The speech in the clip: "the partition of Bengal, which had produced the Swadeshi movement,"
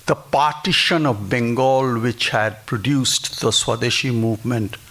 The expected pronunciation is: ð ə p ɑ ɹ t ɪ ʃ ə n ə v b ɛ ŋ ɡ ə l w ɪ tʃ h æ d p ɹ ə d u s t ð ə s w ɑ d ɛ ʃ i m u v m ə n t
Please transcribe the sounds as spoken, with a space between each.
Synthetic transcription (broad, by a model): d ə p ɑ ɹ t ɪ ʃ ə n ə v b ɛ ŋ ɡ ə l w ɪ tʃ h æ d p ɹ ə d u s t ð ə s w ɑ d ɛ ʃ i m u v m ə n t